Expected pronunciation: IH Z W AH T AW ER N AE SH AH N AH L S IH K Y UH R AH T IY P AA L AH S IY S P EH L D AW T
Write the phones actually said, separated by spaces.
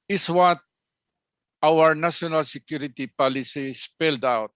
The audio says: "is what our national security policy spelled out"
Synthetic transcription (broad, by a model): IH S W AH T AW ER N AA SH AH N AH L S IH K Y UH R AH T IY P AA L AH S IY S P EH L D AW T